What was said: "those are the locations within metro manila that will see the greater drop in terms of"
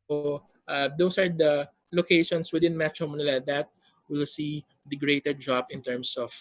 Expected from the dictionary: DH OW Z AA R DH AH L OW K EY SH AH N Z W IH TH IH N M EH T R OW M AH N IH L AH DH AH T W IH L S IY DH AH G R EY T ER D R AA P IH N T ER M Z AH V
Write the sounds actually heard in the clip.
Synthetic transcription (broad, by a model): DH OW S AA R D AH L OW K EY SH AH N S W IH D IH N M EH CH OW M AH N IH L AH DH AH T W IH L S IY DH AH G R EY T ER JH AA B IH N T ER M S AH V